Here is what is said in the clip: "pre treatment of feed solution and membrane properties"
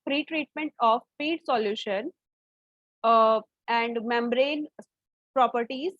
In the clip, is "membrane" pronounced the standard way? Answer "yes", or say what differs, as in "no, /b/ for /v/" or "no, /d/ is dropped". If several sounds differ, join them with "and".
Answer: yes